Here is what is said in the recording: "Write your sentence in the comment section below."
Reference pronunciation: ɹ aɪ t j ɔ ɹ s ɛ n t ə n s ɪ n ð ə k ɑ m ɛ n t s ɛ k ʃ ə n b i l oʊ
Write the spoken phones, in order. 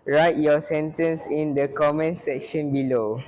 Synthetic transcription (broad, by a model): ɹ aɪ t j ɔ s ɛ n t ə n s ɪ n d ə k ɑ m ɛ n s ɛ k ʃ ə n b i l oʊ